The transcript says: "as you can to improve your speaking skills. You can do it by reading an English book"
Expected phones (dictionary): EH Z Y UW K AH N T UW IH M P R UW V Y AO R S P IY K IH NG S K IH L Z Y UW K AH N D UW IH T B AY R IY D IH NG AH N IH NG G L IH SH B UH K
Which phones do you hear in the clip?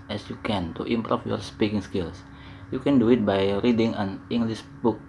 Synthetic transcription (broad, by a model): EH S Y UW K AH N T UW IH M P R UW F Y AO R S P IY K IH NG S K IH L S Y UW K AH N D UW IH T B AY R IY D IH NG AH N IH NG G L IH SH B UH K